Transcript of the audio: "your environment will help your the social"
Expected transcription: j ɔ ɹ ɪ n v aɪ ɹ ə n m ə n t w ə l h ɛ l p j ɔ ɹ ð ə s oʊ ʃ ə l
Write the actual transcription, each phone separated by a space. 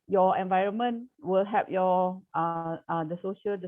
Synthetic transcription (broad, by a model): j ɔ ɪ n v aɪ ɹ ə n m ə n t w ə l h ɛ p j ɔ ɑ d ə s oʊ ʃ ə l